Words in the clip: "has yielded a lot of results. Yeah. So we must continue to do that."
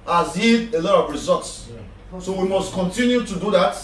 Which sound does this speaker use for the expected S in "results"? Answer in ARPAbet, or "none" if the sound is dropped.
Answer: S